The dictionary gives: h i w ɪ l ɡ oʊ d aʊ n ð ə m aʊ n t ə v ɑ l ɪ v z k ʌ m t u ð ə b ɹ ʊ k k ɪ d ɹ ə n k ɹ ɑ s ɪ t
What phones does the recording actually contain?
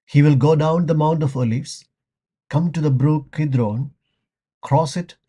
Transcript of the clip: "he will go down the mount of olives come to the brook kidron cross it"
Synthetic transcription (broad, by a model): h i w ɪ l ɡ oʊ d aʊ n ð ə m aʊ n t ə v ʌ l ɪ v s k ʌ m t u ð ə b ɹ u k k ɪ d ɹ ə n k ɹ ɑ s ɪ t